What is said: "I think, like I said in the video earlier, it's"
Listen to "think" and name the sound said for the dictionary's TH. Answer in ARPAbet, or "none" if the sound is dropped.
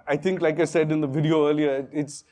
T